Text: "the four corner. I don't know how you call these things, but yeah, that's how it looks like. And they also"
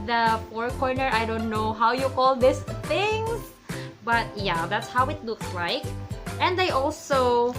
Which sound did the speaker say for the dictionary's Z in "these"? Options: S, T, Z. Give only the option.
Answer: S